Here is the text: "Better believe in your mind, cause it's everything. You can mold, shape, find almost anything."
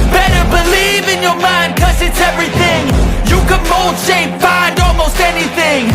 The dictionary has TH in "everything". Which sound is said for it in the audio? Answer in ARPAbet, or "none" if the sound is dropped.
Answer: TH